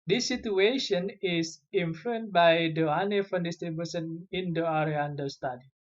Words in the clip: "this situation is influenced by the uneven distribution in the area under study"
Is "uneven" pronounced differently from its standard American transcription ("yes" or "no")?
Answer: yes